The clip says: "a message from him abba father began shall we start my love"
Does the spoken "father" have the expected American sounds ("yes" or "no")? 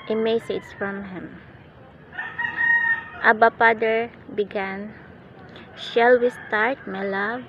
no